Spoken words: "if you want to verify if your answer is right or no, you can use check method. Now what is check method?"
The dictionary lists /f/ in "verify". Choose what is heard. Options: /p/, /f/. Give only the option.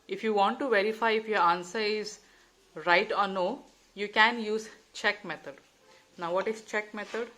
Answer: /f/